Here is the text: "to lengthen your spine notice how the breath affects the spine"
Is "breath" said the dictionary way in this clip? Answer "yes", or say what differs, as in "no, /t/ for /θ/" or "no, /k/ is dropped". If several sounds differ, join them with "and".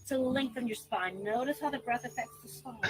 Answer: yes